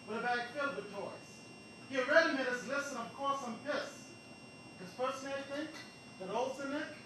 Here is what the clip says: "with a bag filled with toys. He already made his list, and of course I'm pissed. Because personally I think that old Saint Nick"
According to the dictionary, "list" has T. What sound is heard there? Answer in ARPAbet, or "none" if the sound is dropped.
none